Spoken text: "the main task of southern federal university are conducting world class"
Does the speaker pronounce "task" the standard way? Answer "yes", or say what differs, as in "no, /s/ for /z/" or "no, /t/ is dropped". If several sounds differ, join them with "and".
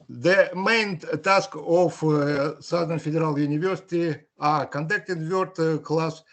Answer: yes